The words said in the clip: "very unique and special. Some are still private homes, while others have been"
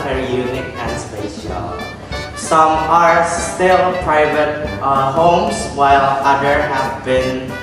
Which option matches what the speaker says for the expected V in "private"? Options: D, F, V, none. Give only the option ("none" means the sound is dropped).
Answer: V